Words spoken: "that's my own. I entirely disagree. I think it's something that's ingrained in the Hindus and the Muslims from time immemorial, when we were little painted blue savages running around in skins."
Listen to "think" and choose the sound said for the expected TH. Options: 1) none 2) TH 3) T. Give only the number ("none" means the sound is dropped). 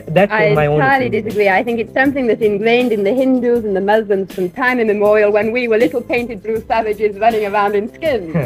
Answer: 2